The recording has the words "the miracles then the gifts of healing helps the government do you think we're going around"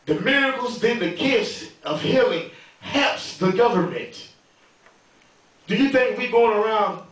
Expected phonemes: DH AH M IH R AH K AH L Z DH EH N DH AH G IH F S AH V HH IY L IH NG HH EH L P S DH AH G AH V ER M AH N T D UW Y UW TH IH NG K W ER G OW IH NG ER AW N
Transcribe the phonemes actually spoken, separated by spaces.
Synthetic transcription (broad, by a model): DH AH M IH R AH K L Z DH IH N DH AH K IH S AH V HH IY L IH NG HH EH P S DH AH G AH V ER M AH N T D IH Y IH TH IH NG K W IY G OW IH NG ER AW N